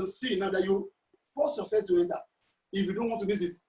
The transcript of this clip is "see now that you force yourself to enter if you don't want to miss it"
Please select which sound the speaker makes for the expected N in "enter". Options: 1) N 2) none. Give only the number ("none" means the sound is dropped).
2